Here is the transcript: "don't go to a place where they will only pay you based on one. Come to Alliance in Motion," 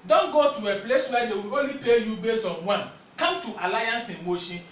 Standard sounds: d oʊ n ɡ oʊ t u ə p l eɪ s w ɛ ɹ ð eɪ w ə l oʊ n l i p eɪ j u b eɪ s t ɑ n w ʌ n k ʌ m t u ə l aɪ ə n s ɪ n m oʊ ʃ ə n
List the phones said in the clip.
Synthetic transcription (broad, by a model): d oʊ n ɡ oʊ t u ə p l eɪ s w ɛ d eɪ w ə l oʊ n l i p eɪ j u b eɪ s ɑ n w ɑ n k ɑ m t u ə l aɪ ə n s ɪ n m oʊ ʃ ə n